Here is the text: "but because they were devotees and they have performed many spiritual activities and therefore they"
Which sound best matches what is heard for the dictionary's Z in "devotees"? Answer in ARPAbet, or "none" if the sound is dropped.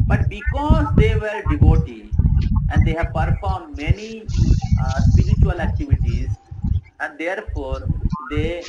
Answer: none